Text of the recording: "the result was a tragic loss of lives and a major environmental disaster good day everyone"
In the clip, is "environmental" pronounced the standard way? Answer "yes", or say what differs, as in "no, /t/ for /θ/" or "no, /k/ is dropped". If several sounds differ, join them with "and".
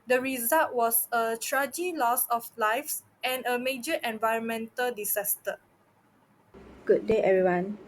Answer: yes